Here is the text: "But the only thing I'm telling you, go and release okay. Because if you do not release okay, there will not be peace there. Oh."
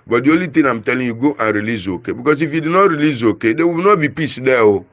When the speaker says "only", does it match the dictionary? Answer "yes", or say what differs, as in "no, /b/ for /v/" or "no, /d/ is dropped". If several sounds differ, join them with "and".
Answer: no, /n/ is dropped